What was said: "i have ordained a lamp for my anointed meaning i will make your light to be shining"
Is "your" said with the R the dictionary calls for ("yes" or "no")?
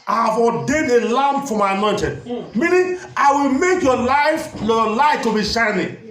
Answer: no